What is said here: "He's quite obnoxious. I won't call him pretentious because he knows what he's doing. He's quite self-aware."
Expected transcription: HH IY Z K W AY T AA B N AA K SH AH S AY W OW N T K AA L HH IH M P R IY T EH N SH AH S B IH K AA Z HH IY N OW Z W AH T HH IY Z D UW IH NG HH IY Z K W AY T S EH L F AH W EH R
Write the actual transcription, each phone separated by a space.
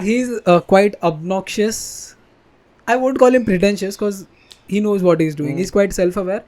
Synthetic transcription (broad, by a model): HH IY Z K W AY T AA B N AA K SH AH S AY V OW N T K AA L HH IH M P R IY T EH N SH AH S K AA Z HH IY N OW Z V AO T HH IY Z D UW IH NG HH IY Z K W AY T S EH L F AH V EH R